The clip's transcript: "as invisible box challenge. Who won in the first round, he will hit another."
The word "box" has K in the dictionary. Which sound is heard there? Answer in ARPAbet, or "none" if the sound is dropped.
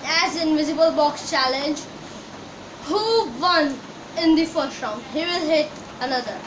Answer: K